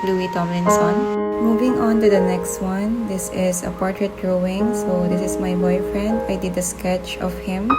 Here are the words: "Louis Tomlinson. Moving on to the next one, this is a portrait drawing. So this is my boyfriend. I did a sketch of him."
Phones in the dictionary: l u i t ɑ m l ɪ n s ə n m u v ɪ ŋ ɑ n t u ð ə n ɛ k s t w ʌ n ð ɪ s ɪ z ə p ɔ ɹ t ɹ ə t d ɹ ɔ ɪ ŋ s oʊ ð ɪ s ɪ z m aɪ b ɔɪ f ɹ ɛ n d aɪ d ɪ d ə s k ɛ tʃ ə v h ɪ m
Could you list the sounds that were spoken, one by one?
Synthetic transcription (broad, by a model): l u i t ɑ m ɪ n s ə n m u v ɪ ŋ ɑ n t u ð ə n ɛ k s t w ʌ n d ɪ s ɪ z ə p ɔ ɹ t ɹ ə t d ɹ ɔ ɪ ŋ s oʊ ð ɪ s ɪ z m aɪ b ɔɪ f ɹ ɛ n d aɪ d ɪ d ə s k ɛ tʃ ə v h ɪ m